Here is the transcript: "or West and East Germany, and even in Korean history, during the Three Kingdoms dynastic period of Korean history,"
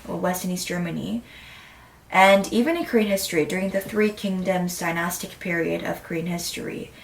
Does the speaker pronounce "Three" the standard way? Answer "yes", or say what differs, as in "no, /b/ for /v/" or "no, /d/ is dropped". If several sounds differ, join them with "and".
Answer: yes